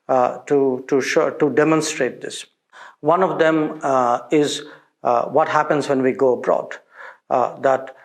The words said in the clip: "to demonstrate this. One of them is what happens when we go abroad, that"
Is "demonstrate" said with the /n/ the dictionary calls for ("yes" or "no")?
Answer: yes